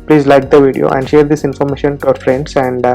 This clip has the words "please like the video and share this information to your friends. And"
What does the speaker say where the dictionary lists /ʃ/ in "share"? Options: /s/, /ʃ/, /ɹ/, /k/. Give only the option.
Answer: /ʃ/